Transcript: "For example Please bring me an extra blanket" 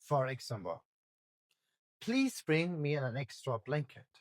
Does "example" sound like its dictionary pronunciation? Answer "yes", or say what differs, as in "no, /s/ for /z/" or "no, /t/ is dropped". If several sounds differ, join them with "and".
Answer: no, /b/ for /p/